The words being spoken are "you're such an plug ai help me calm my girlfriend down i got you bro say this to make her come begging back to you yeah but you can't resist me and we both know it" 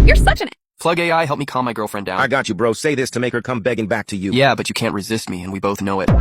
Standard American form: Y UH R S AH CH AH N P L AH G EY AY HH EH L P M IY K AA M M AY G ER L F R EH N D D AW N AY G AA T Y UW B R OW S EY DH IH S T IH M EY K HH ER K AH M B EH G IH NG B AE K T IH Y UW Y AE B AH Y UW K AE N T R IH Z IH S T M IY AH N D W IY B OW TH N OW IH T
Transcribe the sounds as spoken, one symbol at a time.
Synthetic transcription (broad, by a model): Y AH R S AH CH AH N P L AH G EY AY HH EH L P M IY K AA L M AY G ER L F R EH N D D AW AY G AA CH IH B R OW S EY DH IH S T IH M EY K HH ER K AH M B EH G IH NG B AE K T IH Y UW Y AE B AH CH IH K AE N T R IH Z IH S T M IY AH N W IY B OW TH N OW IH T